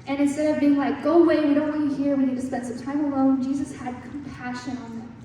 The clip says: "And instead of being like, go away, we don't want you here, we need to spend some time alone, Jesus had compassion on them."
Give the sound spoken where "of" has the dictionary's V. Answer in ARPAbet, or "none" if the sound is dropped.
V